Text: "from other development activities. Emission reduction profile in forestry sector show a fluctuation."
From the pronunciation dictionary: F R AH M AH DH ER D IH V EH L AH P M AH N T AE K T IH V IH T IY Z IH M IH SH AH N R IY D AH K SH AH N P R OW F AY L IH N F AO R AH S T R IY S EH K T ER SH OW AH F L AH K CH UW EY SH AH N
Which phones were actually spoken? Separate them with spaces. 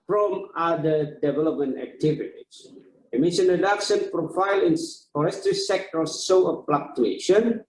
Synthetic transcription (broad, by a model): F R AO M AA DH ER D IH V EH L AH P M AH N T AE K T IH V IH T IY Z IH M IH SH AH N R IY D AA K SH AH N P R OW F AY L IH N F AO R AH S T R IY S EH K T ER S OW AH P L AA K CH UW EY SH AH N